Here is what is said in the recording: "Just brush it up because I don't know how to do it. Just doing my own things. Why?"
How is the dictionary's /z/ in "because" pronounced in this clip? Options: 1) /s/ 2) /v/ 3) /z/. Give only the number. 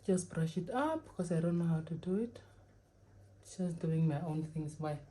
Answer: 1